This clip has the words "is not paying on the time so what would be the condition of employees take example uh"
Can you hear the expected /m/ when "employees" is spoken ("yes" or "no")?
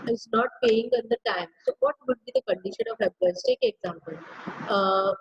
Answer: no